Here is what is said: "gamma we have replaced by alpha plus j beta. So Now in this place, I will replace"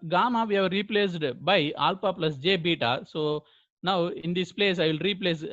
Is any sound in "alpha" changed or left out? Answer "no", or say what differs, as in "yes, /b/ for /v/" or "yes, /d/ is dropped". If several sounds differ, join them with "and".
yes, /p/ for /f/